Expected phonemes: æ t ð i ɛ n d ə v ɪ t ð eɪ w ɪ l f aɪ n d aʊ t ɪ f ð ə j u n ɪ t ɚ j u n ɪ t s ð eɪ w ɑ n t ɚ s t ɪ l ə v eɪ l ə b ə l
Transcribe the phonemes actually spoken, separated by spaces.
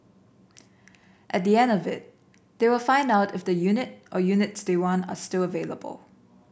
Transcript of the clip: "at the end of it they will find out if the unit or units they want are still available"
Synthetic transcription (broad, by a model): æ t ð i ɛ n d ə v ɪ t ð eɪ w ɪ l f aɪ n d aʊ t ɪ f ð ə j u n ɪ t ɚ j u n ɪ t s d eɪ w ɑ n ɚ s t ɪ l ə v eɪ l ə b ə l